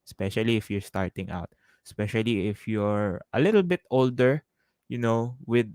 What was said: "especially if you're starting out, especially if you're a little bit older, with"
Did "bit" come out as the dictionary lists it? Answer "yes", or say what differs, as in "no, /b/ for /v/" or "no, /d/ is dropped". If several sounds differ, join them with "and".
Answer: yes